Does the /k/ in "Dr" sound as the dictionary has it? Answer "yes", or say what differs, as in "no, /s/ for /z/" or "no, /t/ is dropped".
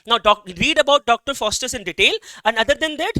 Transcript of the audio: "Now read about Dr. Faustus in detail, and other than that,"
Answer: yes